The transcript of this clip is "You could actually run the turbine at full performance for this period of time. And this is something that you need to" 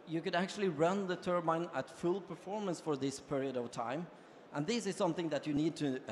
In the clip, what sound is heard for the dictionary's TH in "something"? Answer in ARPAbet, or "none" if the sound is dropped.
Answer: TH